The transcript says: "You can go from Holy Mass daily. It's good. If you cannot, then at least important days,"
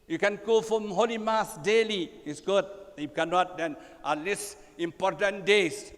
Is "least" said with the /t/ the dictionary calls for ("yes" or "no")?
no